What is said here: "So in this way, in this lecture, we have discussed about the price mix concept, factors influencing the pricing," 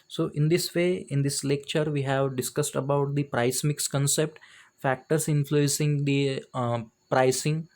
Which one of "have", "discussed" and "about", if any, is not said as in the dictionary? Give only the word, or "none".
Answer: none